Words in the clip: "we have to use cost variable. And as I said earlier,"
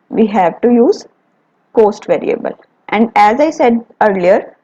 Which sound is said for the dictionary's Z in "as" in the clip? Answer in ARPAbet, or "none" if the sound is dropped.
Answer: Z